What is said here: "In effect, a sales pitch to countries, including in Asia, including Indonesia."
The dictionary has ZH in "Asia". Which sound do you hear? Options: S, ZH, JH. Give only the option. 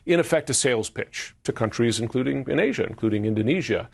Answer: ZH